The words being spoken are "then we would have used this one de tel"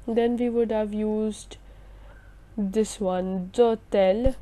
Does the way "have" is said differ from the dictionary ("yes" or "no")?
no